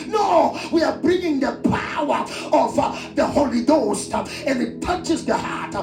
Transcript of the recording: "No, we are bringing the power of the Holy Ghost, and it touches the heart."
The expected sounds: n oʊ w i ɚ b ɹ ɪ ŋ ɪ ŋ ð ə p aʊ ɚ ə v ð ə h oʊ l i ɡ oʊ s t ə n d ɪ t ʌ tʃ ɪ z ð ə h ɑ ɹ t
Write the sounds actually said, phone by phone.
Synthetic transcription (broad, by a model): n oʊ w i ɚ b ɹ ɪ ŋ ɪ ŋ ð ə p aʊ ɚ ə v ð ə h oʊ l i ɡ oʊ s t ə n ɪ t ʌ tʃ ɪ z ð ə h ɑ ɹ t